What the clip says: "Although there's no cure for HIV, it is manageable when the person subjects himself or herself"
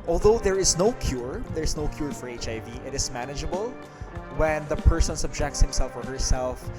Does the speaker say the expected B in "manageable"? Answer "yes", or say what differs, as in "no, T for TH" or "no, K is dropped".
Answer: yes